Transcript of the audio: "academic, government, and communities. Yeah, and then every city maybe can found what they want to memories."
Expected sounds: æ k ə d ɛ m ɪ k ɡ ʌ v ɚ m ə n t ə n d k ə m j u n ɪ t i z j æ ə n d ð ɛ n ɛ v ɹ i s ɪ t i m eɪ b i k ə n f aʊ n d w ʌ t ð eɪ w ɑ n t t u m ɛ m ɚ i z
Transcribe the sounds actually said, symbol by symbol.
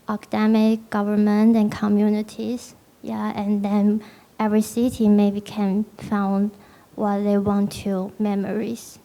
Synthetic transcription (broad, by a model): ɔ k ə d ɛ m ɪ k ɡ ʌ v ɚ m ə n t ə n k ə m j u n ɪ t i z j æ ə n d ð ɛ n ɛ v ɹ i s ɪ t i m eɪ b i k ə n f aʊ n d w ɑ ð eɪ w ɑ n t t u m ɛ m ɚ i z